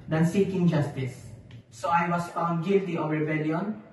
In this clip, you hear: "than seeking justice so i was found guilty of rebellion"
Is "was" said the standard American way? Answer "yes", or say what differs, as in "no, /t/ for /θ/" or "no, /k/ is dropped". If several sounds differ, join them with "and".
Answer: no, /s/ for /z/